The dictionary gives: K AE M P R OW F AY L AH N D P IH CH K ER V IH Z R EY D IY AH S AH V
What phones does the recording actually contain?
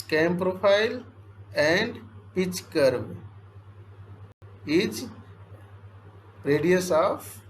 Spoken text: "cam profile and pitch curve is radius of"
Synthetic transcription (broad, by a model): K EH M P R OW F AY L AH N D P IH CH K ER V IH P R EY D IY AH S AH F